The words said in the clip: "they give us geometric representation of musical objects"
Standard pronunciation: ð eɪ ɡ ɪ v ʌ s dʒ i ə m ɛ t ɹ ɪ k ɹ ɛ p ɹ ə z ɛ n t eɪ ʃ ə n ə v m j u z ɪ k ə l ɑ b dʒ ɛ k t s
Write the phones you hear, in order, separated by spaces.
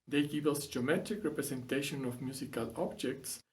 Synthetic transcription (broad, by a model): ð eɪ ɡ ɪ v ʌ s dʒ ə m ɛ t ɪ k ɹ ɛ p ɹ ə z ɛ n t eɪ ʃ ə n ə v m j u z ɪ k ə l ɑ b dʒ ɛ k t s